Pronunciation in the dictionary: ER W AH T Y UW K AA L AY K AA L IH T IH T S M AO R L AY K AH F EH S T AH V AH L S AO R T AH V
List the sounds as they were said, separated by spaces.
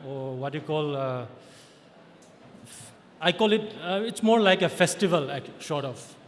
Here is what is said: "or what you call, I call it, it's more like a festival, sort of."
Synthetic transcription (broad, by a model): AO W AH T Y UW K AA L AY K AA L IH T IH T S M AO R L AY K AH F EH S T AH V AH L SH AO R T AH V